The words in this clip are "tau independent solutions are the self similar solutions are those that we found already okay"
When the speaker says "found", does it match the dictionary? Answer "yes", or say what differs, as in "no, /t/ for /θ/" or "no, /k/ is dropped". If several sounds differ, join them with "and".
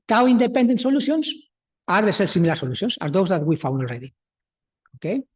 no, /d/ is dropped